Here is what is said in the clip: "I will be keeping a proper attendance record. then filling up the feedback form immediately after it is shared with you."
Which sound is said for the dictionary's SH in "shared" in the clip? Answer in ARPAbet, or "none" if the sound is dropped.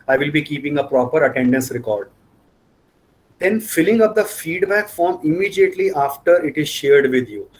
SH